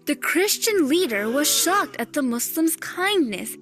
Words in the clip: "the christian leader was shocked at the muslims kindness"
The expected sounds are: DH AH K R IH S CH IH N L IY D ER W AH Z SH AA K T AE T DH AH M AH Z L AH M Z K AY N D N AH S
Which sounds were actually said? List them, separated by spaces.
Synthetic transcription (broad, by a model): DH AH K R IH S CH IH N L IY D ER W AH Z SH AA K T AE T DH AH M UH S L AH M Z K AY N D N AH S